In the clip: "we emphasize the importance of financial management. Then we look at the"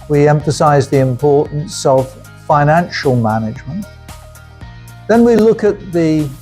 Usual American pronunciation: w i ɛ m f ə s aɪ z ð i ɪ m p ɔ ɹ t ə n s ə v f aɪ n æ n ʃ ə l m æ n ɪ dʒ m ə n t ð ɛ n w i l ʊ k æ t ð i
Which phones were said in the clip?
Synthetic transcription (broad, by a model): w i ɛ m f ə s aɪ z ð i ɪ m p ɔ ɹ t n s ə v f aɪ n æ n ʃ ə l m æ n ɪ dʒ m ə n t ð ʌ n w i l ʊ k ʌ t ð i